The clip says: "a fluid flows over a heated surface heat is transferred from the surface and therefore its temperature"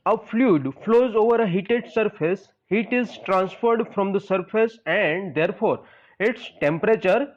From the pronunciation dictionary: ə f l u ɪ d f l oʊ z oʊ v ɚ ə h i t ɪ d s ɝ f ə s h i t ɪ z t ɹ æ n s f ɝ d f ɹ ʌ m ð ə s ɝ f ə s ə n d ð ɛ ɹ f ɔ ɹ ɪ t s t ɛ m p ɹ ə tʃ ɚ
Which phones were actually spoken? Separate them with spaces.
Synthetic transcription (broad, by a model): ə f l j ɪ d f l oʊ z oʊ v ɚ ə h i t ɪ d s ɝ f ə s h i t ɪ z t ɹ æ n s f ɝ d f ɹ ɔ m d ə s ɝ f ə s ə n d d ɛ ɹ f ɔ ɹ ɪ t s t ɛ m p ɹ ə tʃ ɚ